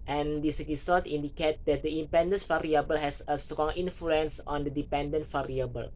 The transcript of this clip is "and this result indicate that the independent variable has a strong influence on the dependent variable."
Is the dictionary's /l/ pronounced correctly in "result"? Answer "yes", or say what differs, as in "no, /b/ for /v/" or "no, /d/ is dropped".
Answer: no, /l/ is dropped